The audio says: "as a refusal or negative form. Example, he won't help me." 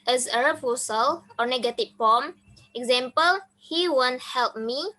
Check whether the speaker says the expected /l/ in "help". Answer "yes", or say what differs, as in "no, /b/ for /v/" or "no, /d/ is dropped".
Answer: yes